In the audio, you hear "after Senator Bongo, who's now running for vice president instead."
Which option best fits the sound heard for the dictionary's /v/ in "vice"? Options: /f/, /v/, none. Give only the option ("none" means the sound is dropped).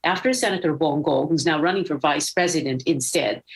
/v/